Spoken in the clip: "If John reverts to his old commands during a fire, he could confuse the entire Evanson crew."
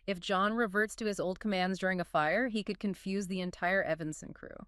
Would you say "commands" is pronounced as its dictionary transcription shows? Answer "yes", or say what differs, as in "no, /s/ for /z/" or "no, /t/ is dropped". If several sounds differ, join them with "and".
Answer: yes